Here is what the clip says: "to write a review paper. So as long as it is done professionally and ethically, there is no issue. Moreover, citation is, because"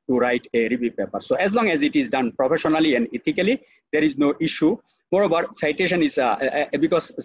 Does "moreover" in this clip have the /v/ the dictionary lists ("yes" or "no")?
no